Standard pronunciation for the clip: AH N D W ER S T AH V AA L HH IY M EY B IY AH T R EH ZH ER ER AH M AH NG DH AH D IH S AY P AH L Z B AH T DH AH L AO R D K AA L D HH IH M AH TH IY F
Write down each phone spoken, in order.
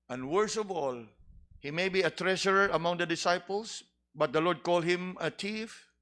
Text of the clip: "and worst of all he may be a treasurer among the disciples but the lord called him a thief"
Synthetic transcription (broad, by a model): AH N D W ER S AH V AA L HH IY M EY B IY AH T R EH SH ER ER AH M AH NG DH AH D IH S AY P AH L S B AH T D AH L AO R D K AA L D HH IH M AH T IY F